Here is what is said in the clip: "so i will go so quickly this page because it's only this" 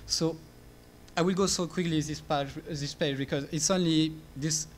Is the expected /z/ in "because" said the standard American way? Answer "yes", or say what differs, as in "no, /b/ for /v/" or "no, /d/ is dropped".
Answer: yes